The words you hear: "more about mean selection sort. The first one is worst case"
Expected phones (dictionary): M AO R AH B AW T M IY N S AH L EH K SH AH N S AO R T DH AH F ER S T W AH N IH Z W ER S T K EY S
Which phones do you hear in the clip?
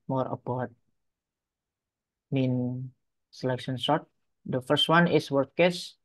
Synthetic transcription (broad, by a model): M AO R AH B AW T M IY N S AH L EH K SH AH N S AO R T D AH F ER S T W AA N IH S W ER T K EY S